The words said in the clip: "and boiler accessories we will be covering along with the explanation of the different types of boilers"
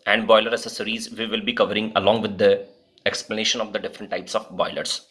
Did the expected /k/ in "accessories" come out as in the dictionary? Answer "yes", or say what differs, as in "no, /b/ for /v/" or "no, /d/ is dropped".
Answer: no, /k/ is dropped